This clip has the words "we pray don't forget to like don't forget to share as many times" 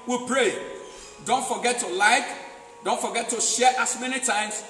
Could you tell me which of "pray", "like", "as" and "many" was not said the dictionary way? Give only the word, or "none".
as